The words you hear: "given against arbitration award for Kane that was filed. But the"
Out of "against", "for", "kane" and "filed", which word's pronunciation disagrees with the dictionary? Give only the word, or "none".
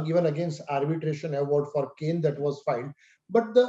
filed